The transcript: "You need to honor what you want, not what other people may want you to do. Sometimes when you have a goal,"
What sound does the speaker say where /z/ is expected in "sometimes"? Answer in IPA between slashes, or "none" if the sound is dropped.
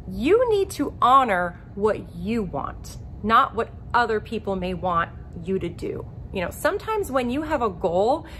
/z/